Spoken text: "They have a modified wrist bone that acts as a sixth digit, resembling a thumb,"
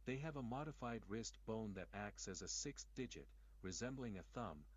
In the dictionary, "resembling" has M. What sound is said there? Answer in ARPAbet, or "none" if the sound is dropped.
M